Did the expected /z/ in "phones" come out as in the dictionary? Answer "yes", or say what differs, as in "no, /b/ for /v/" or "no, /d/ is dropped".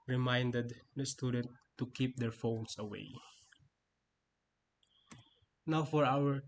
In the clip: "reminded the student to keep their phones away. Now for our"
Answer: no, /s/ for /z/